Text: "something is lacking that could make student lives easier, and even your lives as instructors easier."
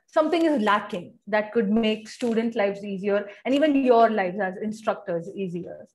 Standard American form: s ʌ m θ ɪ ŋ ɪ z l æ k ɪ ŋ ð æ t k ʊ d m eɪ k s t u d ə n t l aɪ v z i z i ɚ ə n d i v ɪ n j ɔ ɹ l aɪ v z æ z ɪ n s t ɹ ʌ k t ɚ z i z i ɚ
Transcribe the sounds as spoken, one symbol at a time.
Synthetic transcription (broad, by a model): s ʌ m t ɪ ŋ ɪ z l æ k ɪ ŋ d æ t k ʊ d m eɪ k s t u d ə n t l aɪ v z i z i ɚ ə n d i v ɪ n j ɔ ɹ l aɪ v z æ z ɪ n s t ɹ ʌ k t ɚ z i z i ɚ